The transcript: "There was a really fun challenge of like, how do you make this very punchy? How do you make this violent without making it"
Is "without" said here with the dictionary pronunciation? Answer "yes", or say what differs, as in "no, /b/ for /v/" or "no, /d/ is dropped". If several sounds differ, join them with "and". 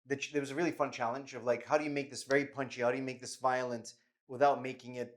yes